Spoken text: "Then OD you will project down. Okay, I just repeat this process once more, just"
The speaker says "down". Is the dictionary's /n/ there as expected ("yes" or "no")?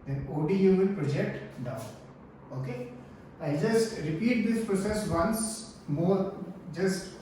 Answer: no